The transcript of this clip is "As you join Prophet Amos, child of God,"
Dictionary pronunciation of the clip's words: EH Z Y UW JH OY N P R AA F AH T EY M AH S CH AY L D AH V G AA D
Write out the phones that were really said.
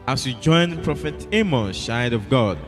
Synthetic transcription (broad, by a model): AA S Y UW JH OY N P R AA F AH T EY M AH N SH AY D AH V G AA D